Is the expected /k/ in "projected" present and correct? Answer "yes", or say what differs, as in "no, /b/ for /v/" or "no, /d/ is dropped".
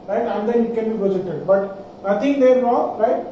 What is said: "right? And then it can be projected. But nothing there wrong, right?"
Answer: no, /k/ is dropped